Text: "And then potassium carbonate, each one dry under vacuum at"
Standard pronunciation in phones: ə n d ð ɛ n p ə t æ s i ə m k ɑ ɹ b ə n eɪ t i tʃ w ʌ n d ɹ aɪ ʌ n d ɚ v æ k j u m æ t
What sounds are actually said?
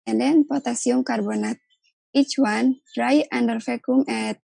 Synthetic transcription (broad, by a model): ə n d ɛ n p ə t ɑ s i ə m k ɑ ɹ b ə n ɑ t i tʃ w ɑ n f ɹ aɪ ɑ n d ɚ f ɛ k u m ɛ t